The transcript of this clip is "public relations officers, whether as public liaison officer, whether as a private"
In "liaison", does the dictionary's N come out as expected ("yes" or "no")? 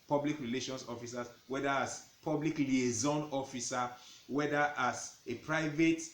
yes